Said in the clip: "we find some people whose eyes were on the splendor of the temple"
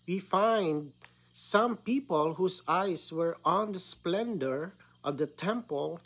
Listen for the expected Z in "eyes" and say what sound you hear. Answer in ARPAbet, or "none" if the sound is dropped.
S